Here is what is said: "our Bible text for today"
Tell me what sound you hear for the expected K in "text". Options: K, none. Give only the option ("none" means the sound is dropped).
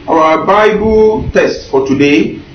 none